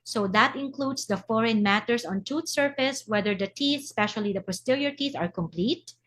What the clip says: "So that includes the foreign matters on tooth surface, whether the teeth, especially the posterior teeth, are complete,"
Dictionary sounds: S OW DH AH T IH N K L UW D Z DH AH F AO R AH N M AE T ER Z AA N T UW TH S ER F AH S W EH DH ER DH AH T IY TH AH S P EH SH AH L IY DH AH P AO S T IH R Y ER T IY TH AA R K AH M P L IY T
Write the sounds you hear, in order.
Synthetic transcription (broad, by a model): S OW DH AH T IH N K L UW D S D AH F AO R AH N M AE T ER S AA N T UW T S ER F AH S W EH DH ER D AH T IY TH S P EH SH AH L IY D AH P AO S T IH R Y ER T IY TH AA R K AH M P L IY T